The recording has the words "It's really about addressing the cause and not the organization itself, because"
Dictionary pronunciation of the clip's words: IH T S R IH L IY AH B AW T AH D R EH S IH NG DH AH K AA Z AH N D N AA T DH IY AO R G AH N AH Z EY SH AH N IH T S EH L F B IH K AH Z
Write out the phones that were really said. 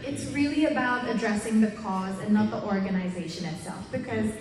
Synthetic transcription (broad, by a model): IH T S R IH L IY AH B AW T AH D R EH S IH NG DH AH K AA Z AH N N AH T DH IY AO R G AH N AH Z EY SH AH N IH T S EH L F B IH K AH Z